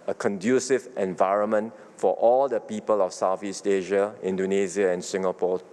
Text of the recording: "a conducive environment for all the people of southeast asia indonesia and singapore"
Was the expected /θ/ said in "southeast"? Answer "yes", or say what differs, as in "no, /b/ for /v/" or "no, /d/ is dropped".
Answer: no, /f/ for /θ/